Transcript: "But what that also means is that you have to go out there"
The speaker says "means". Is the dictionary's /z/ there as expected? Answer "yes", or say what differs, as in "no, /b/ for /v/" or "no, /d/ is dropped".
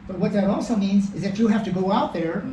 yes